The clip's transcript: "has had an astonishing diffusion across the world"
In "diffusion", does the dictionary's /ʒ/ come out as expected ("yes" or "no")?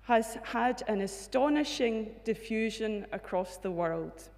yes